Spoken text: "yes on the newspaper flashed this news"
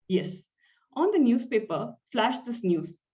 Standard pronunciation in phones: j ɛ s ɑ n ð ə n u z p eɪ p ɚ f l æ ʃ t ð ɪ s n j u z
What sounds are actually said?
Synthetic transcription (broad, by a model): j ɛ s ɑ n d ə n u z p eɪ p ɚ f l æ ʃ t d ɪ s n j u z